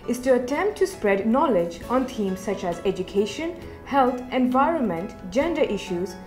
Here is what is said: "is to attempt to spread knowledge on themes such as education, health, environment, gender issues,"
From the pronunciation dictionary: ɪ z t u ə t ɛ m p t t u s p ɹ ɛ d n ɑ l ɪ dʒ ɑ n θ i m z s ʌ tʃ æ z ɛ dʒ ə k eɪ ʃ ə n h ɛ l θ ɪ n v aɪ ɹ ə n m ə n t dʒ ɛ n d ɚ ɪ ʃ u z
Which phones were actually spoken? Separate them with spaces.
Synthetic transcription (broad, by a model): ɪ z t u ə t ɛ m p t t u s p ɹ ɛ d n ɑ l ɪ dʒ ɑ n t i m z s ʌ tʃ æ z ɛ dʒ ə k eɪ ʃ ə n h ɛ l t ɪ n v aɪ ɹ ə n m ə n t dʒ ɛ n d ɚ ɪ ʃ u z